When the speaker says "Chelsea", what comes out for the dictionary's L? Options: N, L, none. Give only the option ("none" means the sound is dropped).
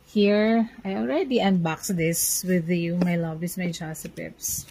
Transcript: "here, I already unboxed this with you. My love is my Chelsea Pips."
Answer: none